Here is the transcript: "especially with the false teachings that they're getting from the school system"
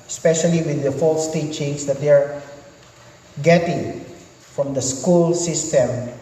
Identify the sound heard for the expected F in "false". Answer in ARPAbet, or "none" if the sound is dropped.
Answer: F